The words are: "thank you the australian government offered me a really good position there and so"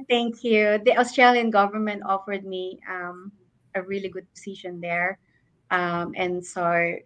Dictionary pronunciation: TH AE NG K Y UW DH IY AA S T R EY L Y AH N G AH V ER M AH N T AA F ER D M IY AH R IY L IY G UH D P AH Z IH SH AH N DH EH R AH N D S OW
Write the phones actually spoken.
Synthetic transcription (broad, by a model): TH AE NG K Y UW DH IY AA S T R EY L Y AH N G AH V ER M AH N T AA F ER D M IY AH R IY L IY G UH D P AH S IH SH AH N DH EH R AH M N S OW